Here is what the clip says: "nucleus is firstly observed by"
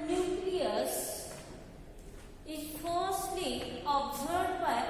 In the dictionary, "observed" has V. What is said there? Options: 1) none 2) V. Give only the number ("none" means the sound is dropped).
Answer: 1